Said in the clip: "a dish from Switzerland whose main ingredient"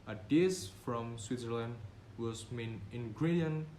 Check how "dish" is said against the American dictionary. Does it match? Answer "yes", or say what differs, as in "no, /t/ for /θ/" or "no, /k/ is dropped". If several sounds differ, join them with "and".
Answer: no, /s/ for /ʃ/